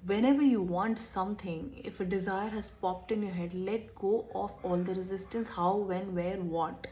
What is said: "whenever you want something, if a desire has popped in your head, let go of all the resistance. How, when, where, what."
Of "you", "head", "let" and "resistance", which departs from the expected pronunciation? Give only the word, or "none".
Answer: none